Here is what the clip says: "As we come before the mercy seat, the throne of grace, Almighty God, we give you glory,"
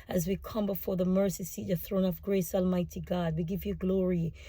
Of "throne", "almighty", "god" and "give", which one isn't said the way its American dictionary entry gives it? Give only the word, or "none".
none